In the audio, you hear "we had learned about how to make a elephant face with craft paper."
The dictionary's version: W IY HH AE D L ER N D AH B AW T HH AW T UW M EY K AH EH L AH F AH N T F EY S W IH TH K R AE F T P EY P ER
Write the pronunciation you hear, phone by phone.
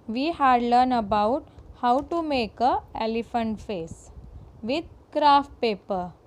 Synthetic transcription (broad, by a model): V IY HH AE D L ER N AH B AW T HH AW T UW M EY K AH EH L AH F AH N T F EY S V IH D K R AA F T P EY P ER